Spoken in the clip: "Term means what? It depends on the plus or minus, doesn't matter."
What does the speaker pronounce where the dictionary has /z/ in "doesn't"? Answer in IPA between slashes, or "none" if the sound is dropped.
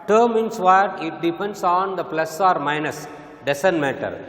/s/